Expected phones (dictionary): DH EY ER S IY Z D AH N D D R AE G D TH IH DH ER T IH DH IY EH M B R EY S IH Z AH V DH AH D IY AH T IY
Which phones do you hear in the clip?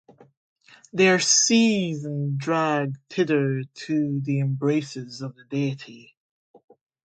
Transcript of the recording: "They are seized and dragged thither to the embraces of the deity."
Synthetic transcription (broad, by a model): DH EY ER S IY Z AH N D D R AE G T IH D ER T IH DH IY EH M B R EY S IH Z AH V DH AH D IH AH T IY